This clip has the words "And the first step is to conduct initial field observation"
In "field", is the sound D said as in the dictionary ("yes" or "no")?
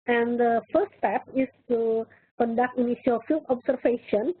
no